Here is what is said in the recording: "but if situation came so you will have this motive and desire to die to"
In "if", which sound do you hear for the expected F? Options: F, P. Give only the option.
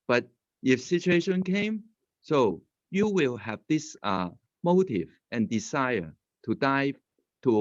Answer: F